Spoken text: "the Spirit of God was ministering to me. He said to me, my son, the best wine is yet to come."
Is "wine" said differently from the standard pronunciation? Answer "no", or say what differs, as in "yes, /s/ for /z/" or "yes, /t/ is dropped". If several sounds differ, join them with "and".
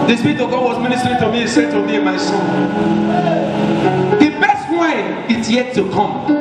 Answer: yes, /n/ is dropped